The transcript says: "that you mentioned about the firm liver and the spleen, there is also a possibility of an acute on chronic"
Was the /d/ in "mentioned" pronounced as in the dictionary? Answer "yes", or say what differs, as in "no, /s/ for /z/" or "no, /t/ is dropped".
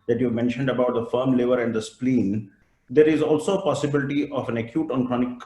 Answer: yes